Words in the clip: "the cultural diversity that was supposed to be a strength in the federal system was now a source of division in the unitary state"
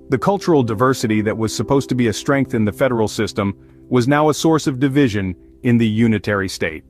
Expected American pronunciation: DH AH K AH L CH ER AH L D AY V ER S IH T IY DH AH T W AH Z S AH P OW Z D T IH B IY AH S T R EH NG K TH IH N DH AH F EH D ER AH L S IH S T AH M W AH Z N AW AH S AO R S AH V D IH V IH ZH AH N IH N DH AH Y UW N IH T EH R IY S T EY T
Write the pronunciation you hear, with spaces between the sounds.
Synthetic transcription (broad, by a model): DH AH K AH L CH ER L D AY V ER S IH T IY DH AH T W AH Z S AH P OW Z T IH B IY AH S T R EH NG K TH IH N DH AH F EH D ER L S IH S T AH M W AH Z N AW AH S AO R S AH V D IH V IH ZH AH N IH N DH AH Y UW N IH T EH R IY S T EY T